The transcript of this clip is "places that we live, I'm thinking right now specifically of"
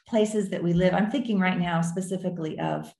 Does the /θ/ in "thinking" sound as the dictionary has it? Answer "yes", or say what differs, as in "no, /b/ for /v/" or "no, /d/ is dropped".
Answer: yes